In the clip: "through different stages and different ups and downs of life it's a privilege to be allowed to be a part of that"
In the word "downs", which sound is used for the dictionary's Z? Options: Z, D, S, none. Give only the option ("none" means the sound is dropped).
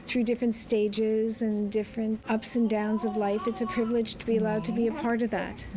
Z